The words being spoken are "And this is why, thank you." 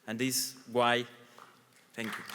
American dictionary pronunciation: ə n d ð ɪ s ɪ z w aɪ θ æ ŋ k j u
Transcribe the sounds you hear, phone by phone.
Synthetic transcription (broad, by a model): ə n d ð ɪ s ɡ w aɪ t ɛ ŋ k j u